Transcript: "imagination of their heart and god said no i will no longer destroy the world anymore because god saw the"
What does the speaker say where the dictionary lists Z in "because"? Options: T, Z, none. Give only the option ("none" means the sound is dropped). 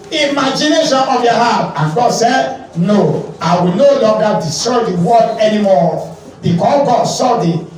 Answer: none